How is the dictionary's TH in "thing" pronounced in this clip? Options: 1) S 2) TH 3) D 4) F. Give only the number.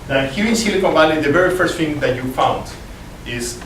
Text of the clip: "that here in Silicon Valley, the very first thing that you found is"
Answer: 4